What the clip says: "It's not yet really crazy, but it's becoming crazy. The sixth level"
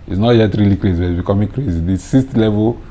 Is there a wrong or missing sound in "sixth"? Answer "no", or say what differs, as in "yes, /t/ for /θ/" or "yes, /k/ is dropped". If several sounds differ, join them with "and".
yes, /k/ is dropped and /t/ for /θ/